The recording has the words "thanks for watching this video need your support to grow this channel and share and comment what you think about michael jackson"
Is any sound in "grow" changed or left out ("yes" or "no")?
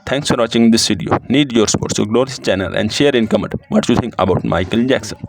yes